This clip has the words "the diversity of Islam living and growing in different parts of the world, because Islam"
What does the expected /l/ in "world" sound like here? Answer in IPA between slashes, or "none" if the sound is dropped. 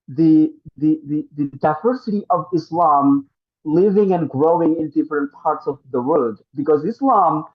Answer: none